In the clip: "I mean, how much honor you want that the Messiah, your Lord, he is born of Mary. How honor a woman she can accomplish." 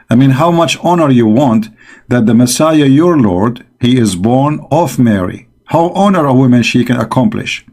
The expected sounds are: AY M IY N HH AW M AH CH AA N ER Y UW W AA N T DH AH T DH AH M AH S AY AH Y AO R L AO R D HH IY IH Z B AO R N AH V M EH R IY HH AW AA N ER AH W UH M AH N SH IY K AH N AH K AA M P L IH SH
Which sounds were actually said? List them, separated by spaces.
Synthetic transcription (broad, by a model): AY M IY N HH AW M AH CH AA N ER Y UW W AA N T DH AH T DH AH M AH S AY AH Y AO R L AO R D HH IY IH Z B AO R N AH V M EH R IY HH AW AA N ER AH W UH M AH N SH IY K AH N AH K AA M P L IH SH